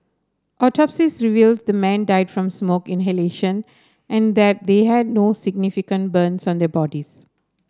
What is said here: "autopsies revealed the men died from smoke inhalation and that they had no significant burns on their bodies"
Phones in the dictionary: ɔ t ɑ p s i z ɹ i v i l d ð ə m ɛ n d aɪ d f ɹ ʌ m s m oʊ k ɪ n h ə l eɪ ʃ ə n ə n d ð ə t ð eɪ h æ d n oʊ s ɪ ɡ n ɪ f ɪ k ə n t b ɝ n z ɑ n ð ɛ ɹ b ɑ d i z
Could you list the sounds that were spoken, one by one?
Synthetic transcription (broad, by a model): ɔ t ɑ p s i s ɹ i v i l d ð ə m ɛ n d aɪ d f ɹ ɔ m s m oʊ k ɪ n h ə l eɪ ʃ ə n ə n d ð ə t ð eɪ h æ d n oʊ s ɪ ɡ n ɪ f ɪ k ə n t b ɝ n s ɑ n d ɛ b ɑ d i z